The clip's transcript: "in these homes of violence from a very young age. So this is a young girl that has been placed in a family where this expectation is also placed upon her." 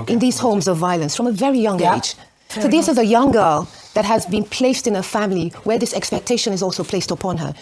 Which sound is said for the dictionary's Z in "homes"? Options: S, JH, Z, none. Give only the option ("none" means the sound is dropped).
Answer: Z